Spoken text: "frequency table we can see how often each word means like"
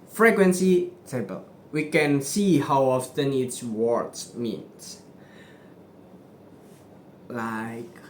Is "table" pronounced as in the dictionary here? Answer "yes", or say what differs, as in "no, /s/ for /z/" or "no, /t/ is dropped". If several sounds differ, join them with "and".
no, /s/ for /t/